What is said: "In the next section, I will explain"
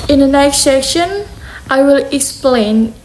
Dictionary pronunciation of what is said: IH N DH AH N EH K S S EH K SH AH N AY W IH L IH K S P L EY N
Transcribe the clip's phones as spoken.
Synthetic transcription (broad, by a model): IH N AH N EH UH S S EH SH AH N AY W IH L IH K S P L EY N